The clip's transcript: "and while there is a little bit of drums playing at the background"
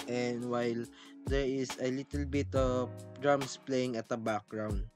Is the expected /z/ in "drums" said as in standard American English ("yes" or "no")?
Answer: no